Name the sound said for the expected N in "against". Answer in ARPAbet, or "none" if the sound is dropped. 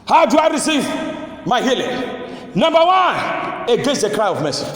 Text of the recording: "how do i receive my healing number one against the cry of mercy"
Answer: none